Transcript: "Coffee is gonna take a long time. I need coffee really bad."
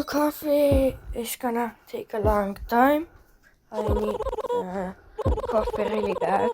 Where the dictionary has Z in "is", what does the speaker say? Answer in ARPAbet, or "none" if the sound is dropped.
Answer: S